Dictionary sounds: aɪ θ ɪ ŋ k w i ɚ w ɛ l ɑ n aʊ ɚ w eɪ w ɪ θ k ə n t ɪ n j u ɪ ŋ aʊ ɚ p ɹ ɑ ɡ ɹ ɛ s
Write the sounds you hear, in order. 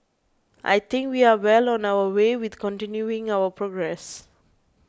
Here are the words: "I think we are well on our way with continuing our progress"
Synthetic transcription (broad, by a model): aɪ t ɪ ŋ k w i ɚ w ɛ l ɑ n aʊ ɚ w eɪ w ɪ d k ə n t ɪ n j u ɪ ŋ aʊ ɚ p ɹ ɑ ɡ ɹ ɛ s